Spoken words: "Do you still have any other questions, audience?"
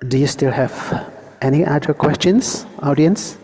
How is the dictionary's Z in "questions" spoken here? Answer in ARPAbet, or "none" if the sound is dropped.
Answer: S